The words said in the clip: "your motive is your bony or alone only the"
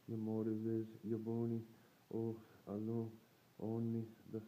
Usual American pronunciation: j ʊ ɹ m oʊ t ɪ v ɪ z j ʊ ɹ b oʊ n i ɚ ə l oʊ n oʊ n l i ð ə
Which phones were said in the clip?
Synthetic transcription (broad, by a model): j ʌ m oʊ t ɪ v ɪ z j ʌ b oʊ n i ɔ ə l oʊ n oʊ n i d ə